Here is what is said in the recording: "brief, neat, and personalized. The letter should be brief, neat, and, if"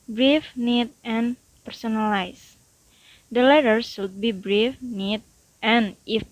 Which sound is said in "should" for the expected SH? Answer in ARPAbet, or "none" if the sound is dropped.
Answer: S